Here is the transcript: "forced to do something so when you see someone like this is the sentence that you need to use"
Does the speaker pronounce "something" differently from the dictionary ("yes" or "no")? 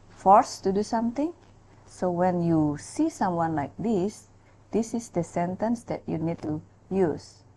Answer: yes